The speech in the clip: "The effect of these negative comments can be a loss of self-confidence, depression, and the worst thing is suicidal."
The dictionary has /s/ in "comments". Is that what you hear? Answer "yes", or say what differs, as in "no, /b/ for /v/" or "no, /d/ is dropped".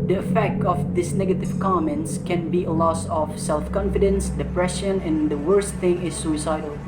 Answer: yes